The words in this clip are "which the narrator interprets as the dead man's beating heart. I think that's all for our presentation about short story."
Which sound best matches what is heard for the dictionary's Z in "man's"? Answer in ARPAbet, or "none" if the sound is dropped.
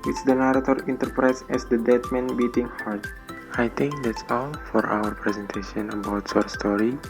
none